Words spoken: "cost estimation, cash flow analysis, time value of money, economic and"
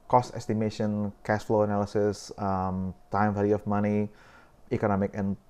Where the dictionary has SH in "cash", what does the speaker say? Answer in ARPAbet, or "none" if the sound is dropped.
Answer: S